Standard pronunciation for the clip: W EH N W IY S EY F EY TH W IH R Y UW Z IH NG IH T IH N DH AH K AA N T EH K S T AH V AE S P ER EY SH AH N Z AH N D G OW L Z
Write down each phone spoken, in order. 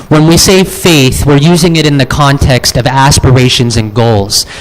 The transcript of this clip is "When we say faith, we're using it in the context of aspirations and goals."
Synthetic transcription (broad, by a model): W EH N W IY S EY F EY TH W IH R Y UW Z IH NG IH T IH N DH AH K AA N T EH K S T AH V AE S P ER EY SH AH N Z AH N G OW L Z